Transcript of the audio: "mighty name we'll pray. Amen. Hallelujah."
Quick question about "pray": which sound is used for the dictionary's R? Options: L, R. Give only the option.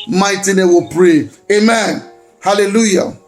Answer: R